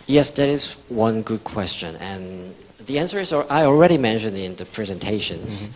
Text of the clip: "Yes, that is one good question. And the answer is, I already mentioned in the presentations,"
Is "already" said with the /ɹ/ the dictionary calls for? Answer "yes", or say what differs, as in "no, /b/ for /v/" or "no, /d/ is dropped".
yes